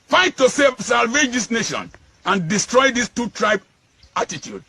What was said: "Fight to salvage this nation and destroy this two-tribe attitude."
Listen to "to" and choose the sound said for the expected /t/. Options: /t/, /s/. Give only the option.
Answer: /s/